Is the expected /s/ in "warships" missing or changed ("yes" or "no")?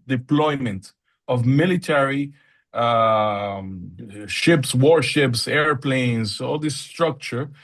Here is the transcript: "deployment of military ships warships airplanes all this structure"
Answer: no